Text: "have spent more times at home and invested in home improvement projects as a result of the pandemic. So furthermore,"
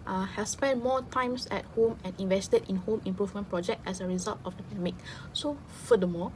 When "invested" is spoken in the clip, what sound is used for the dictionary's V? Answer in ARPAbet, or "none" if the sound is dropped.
V